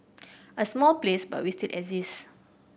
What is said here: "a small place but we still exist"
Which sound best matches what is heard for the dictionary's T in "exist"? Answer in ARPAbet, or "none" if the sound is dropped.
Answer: none